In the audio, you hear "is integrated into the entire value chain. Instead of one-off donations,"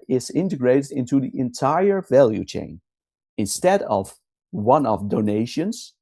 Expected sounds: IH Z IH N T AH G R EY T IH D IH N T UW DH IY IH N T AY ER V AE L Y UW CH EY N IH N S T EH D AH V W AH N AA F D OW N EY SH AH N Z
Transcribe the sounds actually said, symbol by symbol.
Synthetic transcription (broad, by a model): IH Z IH N T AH G R EY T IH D IH N T UW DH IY IH N T AY ER V AE L Y UW CH EY N IH N S T EH D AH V W AH N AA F D OW N EY SH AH N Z